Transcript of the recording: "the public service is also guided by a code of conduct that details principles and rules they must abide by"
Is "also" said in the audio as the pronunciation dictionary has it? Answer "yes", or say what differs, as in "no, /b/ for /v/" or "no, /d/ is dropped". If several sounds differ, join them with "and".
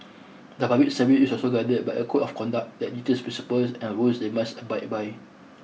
yes